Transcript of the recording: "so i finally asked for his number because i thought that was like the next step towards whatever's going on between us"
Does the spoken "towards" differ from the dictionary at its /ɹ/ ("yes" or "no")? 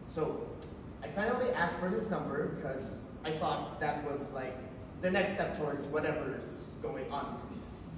no